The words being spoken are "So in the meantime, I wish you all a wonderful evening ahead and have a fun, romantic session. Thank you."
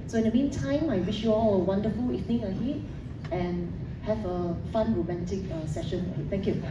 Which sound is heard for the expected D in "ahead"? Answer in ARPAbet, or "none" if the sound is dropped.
none